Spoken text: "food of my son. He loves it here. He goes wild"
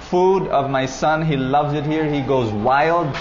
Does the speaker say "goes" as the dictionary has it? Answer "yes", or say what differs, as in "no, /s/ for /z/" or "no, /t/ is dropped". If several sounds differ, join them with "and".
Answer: yes